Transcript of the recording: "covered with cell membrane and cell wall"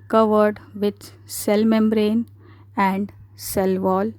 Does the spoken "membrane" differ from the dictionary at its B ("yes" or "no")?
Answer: no